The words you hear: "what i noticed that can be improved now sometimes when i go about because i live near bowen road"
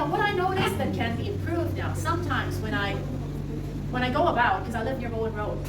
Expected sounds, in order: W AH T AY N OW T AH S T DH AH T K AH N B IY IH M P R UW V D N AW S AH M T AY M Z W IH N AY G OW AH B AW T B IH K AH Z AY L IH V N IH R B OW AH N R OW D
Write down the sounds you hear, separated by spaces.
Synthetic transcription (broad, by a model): W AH T AY N OW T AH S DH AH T K AH N B IY IH M P R UW V D N AW S AH M T AY M Z W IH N AY G OW AH B AW T K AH Z AY L IH V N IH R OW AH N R OW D